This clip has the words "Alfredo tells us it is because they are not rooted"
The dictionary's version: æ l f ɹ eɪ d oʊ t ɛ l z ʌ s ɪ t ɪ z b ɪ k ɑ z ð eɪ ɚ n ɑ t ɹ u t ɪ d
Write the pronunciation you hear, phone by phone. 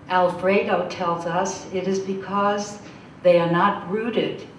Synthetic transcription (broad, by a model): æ l f ɹ eɪ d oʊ t ɛ l z ʌ s ɪ t ɪ z b ɪ k ɑ z ð eɪ ɚ n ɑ t ɹ u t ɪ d